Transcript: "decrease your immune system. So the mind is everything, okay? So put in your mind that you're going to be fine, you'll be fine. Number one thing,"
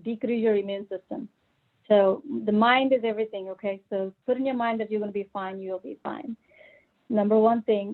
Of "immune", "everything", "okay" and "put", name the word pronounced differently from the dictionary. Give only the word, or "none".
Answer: none